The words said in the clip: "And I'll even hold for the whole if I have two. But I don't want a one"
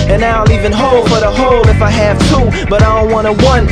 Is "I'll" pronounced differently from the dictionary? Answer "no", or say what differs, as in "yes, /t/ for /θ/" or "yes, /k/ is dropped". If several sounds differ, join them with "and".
yes, /n/ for /l/